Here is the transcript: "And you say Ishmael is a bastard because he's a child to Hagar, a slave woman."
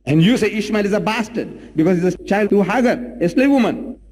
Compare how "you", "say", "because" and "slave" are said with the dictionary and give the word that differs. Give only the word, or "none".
none